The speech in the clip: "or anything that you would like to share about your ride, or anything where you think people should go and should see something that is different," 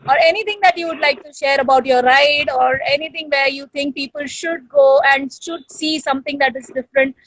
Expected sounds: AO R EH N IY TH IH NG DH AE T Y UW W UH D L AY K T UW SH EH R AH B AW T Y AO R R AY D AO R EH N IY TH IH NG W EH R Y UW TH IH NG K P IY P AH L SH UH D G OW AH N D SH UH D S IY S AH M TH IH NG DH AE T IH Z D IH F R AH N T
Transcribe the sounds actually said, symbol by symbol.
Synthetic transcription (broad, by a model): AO R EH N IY T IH NG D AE T Y UW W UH D L AY K T UW SH EH R AH B AW T Y AO R R AY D AO R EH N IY T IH NG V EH R Y UW T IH NG K P IY P AH L SH UH D G OW AH N D SH UH D S IY S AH M T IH NG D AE T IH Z D IH F R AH N T